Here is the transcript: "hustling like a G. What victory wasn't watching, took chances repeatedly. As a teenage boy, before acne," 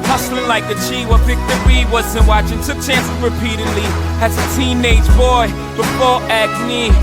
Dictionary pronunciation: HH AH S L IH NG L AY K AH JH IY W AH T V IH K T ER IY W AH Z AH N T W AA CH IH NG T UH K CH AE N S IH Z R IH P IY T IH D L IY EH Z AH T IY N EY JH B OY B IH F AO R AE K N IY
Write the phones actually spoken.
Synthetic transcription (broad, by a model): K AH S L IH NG L AY K AH CH IY W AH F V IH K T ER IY W AH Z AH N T W AA CH IH NG T UH K CH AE N S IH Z R IH P IY T IH D L IY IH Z AH T IY N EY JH B OY B IH F AO R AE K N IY